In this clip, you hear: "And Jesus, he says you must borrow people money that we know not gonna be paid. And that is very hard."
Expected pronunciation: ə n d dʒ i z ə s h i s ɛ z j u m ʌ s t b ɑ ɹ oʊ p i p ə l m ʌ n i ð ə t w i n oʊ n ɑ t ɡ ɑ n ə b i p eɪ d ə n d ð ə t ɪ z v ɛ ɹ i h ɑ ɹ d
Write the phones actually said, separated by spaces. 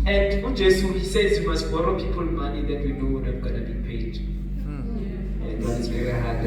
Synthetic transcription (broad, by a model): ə n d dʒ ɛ s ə h i s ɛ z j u m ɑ s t b ɑ ɹ oʊ p i p ə l m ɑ n i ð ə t w i n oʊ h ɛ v ɡ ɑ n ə b i p eɪ d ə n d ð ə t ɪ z v ɛ ɹ i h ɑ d